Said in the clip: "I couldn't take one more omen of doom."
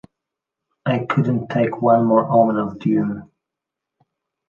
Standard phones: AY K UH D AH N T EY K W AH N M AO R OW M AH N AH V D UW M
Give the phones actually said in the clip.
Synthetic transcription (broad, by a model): AY K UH D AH N T EY K W AH N M AO R OW M AH N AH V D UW